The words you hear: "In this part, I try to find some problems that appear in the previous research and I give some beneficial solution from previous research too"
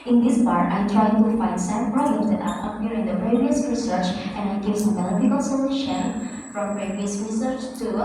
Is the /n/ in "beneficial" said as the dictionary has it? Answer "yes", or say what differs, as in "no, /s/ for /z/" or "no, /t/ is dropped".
no, /l/ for /n/